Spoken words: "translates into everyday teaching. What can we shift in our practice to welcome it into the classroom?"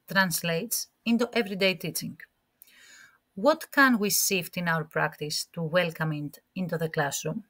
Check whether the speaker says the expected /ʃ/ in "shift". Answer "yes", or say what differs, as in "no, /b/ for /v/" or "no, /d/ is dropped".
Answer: no, /s/ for /ʃ/